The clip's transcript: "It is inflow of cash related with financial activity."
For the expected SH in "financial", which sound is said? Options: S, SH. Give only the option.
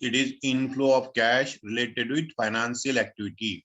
S